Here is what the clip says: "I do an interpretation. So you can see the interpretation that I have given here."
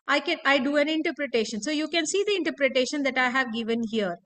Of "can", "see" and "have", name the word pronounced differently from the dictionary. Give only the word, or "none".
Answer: none